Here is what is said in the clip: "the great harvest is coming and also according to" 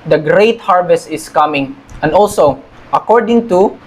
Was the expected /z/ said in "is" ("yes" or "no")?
no